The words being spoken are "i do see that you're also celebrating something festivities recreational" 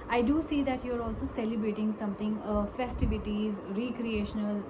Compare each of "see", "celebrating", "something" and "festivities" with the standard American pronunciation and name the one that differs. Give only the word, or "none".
something